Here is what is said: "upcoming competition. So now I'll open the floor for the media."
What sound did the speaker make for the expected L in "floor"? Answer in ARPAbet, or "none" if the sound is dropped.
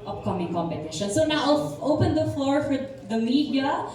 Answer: L